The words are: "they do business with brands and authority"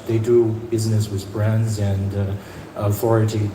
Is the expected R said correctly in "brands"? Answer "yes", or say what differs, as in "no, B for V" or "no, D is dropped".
yes